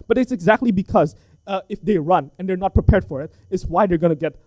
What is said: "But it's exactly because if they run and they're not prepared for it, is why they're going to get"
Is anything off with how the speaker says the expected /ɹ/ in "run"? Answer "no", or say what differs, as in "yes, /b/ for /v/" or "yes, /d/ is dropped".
no